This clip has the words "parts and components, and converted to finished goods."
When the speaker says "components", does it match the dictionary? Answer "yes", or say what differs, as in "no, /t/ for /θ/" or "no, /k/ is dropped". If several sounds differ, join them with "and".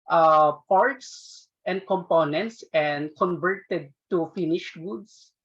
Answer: yes